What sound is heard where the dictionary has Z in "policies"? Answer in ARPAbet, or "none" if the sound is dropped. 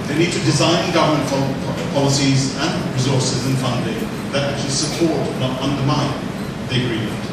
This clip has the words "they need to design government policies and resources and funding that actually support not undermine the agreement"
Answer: Z